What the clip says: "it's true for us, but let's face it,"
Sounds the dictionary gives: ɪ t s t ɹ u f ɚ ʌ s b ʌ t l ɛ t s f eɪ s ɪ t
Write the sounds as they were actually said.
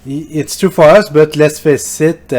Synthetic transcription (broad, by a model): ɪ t s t u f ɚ ʌ s b ʌ t l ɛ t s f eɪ s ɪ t